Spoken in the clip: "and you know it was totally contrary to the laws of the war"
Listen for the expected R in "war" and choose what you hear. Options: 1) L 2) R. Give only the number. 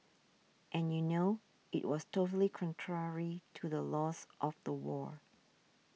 2